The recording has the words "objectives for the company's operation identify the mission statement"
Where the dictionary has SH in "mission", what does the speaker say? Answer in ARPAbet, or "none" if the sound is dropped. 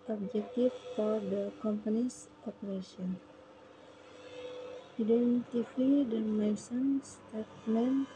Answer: S